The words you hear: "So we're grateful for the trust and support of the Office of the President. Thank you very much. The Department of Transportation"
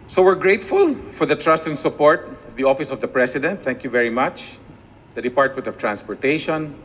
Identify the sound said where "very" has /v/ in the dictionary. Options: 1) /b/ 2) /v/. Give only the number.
2